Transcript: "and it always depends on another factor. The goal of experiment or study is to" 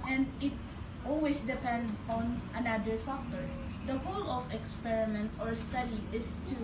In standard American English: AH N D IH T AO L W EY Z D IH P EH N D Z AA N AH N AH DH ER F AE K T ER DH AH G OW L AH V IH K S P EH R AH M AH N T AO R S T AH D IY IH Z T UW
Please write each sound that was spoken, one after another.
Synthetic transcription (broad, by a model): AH N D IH T AO L W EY S D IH P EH N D AA N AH N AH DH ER F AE K T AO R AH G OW L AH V IH K S P EH R AH M AH N T AO R S T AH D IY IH S T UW